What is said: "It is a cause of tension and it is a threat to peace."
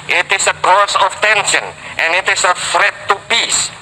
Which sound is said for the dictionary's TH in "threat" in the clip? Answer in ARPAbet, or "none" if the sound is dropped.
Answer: F